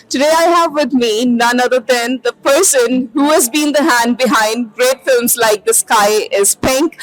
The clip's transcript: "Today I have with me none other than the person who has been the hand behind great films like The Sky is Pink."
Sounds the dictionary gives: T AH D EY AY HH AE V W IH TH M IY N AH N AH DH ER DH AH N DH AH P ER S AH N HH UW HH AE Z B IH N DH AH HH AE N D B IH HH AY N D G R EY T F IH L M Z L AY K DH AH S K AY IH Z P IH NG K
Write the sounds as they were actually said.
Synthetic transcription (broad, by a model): T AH D EY AY HH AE V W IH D M IY N AH N AH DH ER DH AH N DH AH P ER S AH N HH UW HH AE Z B IH N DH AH HH AE N D B IH HH AY N D G R EY T F IH L M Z L AY K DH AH S K AY IH Z P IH NG K